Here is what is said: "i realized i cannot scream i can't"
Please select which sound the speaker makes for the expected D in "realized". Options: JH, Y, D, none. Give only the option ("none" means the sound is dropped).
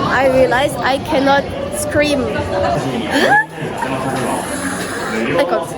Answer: none